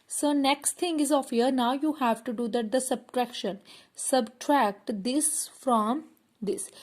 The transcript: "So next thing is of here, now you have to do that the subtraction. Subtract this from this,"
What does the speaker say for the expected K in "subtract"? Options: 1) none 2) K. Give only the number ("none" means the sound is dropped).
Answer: 2